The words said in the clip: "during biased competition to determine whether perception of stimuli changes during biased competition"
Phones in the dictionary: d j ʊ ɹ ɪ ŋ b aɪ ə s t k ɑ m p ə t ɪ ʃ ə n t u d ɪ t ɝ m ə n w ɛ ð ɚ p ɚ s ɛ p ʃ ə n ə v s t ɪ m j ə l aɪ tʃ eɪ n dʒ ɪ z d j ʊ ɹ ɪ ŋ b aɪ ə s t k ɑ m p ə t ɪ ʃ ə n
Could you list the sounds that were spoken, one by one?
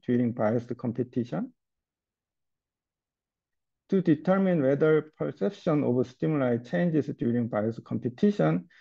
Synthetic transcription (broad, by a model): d j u ɹ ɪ ŋ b aɪ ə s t k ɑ m p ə t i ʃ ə n t u d ɪ t ɝ m ə n w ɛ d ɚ p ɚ s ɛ p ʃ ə n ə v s t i m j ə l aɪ tʃ eɪ n dʒ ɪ s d j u ɹ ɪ ŋ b aɪ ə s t k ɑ m p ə t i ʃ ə n